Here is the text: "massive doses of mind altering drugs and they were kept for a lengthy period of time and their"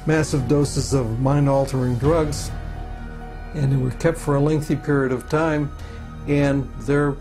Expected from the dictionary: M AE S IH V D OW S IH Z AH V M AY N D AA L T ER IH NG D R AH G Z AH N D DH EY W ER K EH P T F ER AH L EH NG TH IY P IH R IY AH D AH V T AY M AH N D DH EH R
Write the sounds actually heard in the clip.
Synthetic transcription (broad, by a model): M AE S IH V D OW S IH Z AH V M AY N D AA L T ER IH NG D R AH G Z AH N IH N W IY K EH P T F ER AH L EH NG TH IY P IH R IY AH D AH V T AY M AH N DH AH R